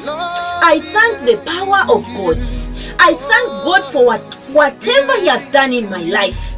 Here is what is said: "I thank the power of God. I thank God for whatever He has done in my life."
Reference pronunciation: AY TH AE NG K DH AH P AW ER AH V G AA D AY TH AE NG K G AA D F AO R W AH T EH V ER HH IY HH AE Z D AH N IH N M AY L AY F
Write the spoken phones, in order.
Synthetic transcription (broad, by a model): AY TH AE NG K DH AH P AW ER AH V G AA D AY TH AE NG K G AA D F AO W W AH T EH V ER HH IY HH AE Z D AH N IH N M AY L AY F